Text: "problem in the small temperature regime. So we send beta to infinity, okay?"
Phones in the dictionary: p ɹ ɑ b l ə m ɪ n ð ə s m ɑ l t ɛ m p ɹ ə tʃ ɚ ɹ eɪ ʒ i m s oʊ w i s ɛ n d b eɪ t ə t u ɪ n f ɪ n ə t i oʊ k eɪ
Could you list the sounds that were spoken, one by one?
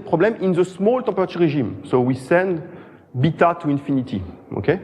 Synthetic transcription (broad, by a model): p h ɑ b l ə m ɪ n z ə s m ɑ l t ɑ p ɹ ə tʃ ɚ ɹ eɪ ʒ i m s oʊ w i s ɛ n d b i t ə t u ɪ n f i n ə t i oʊ k eɪ